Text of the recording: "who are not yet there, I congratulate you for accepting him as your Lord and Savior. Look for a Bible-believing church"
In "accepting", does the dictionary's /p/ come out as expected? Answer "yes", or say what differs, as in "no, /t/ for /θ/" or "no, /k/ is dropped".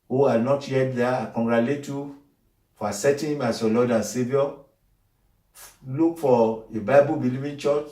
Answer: no, /p/ is dropped